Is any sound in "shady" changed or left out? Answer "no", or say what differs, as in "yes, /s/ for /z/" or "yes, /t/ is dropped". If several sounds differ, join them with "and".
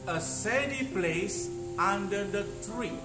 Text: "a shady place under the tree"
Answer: yes, /s/ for /ʃ/